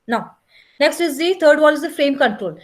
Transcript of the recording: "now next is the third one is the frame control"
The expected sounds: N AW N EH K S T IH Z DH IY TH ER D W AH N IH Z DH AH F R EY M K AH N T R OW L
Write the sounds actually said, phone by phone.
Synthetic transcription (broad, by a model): N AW N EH K S T IH Z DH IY T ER D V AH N IH Z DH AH F R EY M K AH N T R OW L